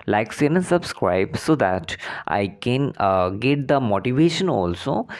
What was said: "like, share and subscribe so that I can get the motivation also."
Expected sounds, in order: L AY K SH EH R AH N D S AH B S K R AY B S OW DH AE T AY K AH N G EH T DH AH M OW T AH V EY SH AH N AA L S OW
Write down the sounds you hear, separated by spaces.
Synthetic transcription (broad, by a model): L AY K S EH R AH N S AH B S K R AY B S OW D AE T AY K AH N G EH T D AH M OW T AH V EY SH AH N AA L S OW